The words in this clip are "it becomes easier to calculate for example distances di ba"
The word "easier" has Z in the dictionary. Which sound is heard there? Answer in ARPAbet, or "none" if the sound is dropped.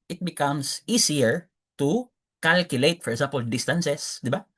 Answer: S